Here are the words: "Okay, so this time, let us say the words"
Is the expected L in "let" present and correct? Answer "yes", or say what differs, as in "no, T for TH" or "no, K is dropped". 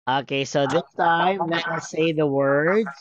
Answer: no, N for L